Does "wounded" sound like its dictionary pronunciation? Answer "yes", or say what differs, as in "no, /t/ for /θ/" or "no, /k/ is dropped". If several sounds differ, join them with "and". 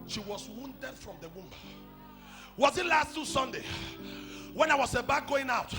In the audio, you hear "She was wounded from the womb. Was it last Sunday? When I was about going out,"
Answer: yes